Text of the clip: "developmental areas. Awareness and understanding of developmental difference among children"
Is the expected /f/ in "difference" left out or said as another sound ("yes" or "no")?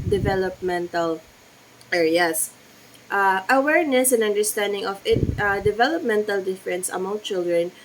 no